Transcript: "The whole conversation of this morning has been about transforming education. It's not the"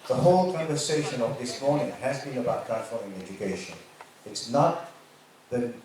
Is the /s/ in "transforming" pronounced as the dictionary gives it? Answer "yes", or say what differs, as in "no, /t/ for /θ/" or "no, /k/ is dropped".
no, /s/ is dropped